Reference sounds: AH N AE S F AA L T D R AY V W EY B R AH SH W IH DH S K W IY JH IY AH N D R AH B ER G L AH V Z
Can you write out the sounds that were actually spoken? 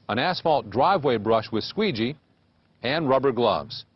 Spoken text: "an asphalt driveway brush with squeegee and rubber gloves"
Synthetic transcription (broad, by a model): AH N AE S F AA L T D R AY V W EY B R AH SH W IH DH S K W IY JH IY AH N R AH B ER G L AH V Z